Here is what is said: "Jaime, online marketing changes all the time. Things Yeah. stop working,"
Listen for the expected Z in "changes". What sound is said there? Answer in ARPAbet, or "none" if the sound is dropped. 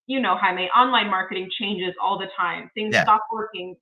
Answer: Z